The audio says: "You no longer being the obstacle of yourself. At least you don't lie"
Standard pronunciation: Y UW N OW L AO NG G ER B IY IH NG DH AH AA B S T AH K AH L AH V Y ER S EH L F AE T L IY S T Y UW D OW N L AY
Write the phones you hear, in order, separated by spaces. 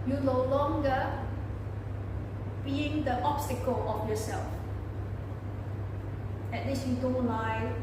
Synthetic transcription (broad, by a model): Y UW N OW L AO NG G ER B IY IH NG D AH AA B S T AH K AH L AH F Y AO S EH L F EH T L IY S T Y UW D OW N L AY